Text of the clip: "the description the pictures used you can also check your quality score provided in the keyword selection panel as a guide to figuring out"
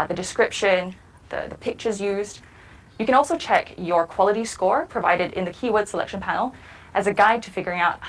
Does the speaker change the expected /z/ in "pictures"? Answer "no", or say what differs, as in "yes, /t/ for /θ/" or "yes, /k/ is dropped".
no